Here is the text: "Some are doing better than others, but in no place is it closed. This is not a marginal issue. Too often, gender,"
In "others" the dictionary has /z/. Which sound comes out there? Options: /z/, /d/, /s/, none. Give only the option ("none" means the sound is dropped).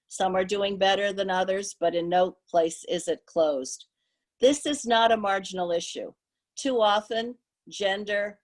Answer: /z/